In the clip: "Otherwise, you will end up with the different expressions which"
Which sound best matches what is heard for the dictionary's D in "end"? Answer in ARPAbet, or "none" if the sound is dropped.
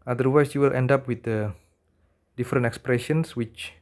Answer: D